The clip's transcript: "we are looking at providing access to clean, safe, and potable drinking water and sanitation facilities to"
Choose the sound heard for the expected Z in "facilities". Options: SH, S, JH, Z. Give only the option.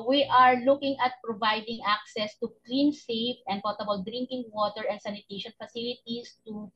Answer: S